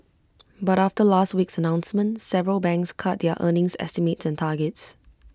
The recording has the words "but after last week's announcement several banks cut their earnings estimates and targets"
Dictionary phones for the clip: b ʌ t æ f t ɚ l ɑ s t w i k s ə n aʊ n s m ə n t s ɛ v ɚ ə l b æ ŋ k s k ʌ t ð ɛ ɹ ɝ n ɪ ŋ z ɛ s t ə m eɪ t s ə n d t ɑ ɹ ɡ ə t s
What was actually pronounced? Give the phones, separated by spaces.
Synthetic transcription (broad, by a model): b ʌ t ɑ f t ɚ l ɑ s t w i k s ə n aʊ n s m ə n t s ɛ v ɚ ə l b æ ŋ k s k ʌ t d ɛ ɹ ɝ n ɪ ŋ s ɛ s t ə m eɪ t s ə n t ɑ ɡ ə t s